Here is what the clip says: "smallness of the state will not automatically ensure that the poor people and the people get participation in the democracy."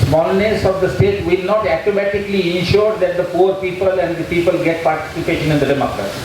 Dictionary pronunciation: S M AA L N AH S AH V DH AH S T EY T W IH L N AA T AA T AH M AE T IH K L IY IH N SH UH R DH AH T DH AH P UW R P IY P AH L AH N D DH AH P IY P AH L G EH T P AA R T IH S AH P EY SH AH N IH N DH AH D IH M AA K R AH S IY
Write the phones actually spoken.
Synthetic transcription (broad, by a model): S M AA L N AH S AH V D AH S T EY T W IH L N AA T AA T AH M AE T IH K L IY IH N SH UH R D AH T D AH P UW R P IY P AH L AH N D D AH P IY P AH L G EH T P AA R T IH S AH P EY SH AH N IH N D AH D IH M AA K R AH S